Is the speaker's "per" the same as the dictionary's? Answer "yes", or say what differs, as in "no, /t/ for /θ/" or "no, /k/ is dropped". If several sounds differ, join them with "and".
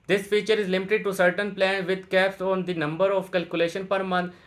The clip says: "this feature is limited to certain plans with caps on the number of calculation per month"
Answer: yes